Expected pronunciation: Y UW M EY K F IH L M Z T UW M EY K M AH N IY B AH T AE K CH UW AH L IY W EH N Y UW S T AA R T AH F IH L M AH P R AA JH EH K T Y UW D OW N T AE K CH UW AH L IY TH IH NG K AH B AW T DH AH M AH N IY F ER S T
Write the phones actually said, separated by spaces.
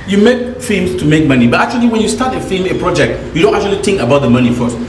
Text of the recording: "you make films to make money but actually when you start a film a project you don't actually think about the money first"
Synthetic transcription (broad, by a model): Y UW M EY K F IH M S T UW M EY K M AH N IY B AH T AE K CH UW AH L IY W EH N Y UW S T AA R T AH F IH M AH P R AA JH EH K T Y UW D OW N T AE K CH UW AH L IY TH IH NG K AH B AW T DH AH M AH N IY F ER S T